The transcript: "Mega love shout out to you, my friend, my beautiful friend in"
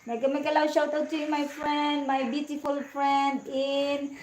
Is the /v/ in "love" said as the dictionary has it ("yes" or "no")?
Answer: no